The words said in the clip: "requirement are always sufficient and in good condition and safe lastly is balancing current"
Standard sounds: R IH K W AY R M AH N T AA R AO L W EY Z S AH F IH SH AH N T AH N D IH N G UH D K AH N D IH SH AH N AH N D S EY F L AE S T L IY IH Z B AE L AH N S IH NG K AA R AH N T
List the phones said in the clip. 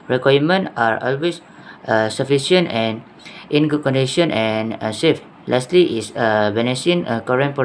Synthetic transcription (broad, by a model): R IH K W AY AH M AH N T AA R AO L W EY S S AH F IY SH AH N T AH N IH N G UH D K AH N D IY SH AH N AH N S EY F L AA S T L IY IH S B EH N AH S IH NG K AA R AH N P